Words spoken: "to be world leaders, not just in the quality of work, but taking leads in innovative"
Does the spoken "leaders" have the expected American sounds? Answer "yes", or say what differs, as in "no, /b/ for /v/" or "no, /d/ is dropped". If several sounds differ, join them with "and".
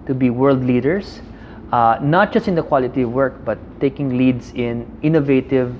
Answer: no, /s/ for /z/